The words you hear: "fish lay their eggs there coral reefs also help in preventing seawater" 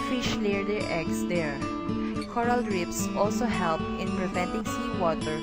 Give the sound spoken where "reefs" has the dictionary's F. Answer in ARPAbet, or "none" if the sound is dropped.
P